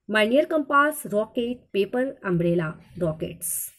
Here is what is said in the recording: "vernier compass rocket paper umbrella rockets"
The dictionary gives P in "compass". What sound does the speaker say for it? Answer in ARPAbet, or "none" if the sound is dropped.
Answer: P